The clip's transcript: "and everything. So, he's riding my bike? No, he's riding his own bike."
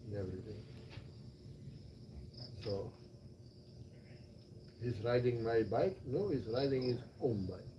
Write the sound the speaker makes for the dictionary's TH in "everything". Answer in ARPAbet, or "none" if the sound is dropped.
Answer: T